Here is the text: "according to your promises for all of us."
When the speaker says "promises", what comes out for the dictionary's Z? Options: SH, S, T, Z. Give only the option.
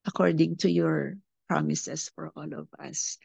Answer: S